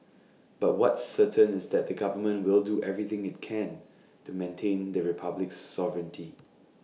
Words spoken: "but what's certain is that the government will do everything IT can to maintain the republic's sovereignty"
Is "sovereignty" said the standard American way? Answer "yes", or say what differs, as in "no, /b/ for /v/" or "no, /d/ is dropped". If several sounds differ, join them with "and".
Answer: yes